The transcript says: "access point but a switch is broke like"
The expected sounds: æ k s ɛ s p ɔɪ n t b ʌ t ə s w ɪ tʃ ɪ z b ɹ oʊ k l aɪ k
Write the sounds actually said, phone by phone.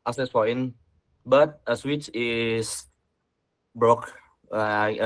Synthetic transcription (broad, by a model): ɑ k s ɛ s f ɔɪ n b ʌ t ə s w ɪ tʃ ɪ s b ɹ oʊ k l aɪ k